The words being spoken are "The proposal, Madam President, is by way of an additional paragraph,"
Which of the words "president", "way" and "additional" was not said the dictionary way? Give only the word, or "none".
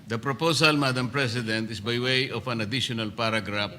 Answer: president